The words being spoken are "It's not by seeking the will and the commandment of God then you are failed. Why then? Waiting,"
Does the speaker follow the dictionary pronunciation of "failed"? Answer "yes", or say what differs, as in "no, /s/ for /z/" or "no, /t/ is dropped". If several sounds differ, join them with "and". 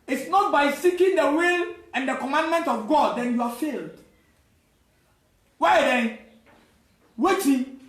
yes